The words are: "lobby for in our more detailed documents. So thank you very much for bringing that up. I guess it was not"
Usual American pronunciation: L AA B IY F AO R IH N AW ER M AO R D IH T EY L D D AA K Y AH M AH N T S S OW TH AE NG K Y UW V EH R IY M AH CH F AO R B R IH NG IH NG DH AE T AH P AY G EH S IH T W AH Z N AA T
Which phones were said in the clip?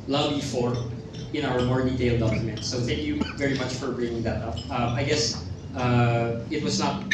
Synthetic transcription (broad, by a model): L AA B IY F AO R IH N AW ER M AO R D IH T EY L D D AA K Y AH M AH N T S S OW TH AE NG K Y UW V EH R IY M AH CH F AO R B R IH NG IH NG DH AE T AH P AY G EH S IH T W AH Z N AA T